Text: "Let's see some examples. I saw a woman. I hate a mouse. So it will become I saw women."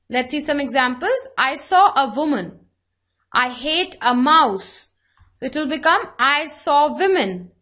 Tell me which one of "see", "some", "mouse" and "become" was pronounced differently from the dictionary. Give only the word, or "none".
none